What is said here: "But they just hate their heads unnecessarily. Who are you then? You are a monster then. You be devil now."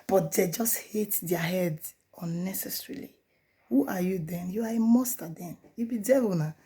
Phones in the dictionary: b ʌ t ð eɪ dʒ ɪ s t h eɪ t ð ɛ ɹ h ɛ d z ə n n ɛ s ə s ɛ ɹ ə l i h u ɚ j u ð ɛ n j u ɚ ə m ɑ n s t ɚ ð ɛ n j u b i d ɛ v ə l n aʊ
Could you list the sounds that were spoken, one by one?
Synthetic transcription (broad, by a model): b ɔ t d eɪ dʒ ɪ s t h eɪ t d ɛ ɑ h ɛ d ə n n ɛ s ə s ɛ ɹ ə l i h u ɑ j u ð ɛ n j u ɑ ə m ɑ s t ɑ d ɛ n j u b i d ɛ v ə n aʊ